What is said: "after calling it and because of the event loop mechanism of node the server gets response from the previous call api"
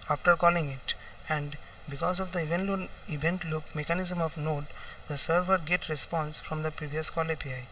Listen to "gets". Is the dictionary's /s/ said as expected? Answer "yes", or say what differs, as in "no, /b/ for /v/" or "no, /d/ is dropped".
no, /s/ is dropped